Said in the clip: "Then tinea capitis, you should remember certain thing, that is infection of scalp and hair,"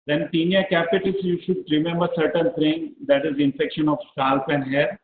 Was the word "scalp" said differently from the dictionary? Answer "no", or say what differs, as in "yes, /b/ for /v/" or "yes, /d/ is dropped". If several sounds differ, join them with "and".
yes, /k/ is dropped